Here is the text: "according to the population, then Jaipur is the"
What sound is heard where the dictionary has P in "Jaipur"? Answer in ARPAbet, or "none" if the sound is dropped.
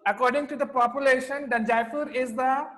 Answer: F